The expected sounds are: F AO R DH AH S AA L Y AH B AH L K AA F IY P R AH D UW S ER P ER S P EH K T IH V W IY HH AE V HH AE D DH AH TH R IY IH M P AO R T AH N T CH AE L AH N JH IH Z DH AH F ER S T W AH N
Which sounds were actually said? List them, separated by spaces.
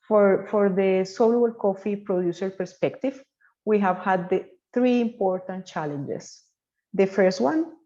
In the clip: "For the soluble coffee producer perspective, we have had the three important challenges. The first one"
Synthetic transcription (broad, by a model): F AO R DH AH S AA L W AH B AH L K AA F IY P R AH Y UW S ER P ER S P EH K T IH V W IY HH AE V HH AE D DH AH TH R IY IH M P AO R T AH N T CH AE L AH N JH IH S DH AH F ER S T W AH N